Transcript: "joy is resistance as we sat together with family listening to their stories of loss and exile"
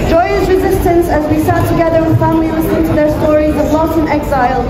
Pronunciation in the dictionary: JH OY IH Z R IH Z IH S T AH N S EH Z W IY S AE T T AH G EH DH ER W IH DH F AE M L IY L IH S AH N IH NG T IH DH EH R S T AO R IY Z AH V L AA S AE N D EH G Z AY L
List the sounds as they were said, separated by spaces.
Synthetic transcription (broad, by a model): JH OY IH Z R IH Z IH S T AH N S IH Z W IY S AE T T AH G EH DH ER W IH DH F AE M L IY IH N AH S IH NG T IH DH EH R S T AO R IY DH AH B L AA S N EH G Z AY L